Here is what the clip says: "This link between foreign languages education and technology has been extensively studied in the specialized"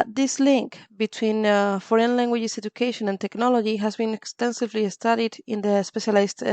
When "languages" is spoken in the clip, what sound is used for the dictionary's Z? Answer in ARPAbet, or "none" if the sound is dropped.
S